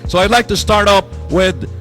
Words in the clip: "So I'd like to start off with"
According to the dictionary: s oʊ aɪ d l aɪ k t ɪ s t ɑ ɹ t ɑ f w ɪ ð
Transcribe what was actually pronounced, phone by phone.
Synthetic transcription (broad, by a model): s oʊ aɪ d l aɪ k t ɪ s t ɑ ɹ t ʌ p w ɪ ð